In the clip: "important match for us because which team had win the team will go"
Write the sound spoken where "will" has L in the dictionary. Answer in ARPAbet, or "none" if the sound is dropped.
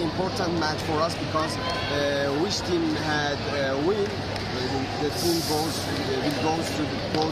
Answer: W